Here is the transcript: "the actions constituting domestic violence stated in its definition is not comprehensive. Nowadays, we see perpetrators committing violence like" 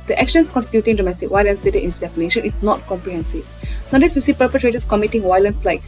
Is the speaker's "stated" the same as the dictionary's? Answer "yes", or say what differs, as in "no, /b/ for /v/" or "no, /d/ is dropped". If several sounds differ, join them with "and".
no, /d/ is dropped